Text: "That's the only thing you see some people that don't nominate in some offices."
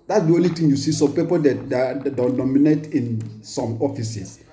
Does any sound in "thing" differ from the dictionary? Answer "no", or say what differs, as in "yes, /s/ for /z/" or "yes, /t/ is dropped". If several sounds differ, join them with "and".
yes, /t/ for /θ/